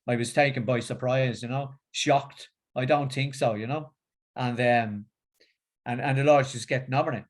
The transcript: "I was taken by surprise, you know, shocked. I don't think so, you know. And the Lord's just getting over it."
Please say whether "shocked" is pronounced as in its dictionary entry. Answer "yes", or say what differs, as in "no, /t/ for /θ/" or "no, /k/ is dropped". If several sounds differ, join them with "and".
yes